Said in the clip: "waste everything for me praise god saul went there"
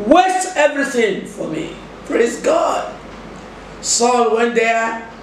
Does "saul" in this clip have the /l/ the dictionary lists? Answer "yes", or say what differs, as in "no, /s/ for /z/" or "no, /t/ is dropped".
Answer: yes